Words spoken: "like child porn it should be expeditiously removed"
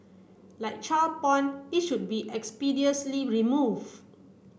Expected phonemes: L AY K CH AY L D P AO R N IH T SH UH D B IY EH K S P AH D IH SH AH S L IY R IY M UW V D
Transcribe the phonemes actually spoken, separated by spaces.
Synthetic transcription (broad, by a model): L AY K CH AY L P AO N IH T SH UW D B IY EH K S P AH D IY AH S L IY R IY M UW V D